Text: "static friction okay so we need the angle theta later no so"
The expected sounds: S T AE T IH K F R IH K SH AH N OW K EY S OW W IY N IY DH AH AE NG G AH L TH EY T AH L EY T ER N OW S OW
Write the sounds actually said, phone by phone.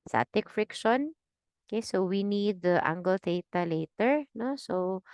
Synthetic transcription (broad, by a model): S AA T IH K F R IH K SH AH N OW K EY S OW W IY N IY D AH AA NG G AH L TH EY T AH L EY T ER N OW S OW